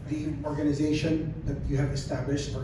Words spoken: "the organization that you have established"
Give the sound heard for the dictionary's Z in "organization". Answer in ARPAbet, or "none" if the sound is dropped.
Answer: Z